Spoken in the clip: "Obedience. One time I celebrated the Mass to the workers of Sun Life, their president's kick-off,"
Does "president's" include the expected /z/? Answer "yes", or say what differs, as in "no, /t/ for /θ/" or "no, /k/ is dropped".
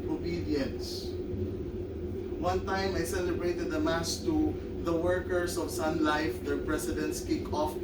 no, /s/ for /z/